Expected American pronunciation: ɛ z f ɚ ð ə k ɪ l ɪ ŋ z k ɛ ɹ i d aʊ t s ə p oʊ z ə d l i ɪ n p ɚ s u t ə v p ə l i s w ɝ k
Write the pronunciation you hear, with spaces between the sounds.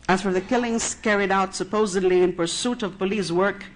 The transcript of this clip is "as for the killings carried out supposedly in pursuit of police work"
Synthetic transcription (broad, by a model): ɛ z f ɚ ð ə k ɪ l ɪ ŋ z k ɛ ɹ i d aʊ t s ə p oʊ z ə d l i ɪ n p ɚ s u t ə v p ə l i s w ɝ k